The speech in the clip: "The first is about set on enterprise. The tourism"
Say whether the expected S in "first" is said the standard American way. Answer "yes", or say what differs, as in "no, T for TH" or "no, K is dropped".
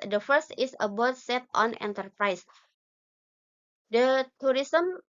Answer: yes